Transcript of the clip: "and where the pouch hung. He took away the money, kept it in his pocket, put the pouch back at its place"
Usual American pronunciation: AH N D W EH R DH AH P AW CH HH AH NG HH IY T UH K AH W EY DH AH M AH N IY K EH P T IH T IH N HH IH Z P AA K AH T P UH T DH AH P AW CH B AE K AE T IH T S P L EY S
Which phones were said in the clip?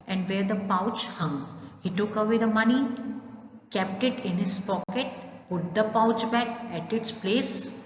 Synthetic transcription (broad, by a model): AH N D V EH R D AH P AW CH HH AH NG HH IY T UH K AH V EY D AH M AH N IY K EH P T IH T IH N HH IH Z P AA K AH T P UH T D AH P AW CH B AE K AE T IH T S P L EY S